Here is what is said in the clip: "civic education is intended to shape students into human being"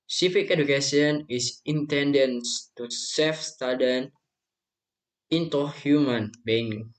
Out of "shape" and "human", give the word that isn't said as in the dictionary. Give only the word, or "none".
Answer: shape